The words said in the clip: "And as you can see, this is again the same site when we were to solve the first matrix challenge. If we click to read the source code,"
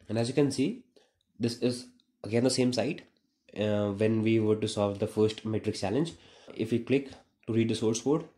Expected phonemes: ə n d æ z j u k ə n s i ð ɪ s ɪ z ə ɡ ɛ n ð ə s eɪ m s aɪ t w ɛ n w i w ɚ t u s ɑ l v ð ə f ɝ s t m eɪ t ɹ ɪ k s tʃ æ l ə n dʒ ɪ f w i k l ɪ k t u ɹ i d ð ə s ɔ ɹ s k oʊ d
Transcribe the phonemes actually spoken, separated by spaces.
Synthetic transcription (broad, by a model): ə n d æ z j u k ə n s i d ɪ s ɪ z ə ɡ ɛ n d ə s eɪ m s aɪ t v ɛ n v i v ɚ t u s ɑ l v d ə f ɝ s t m eɪ t ɹ ɪ k s tʃ æ l ə n dʒ ɪ f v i k l ɪ k t u ɹ i d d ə s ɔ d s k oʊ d